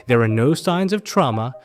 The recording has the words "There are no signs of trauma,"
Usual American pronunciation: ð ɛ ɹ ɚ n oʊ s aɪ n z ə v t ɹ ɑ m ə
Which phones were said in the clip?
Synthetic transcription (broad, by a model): ð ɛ ɹ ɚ n oʊ s aɪ n z ə v t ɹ ɑ m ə